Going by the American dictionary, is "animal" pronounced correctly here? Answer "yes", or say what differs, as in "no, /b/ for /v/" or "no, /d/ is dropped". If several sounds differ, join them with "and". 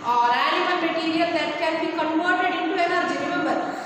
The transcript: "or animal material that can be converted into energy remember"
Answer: no, /l/ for /n/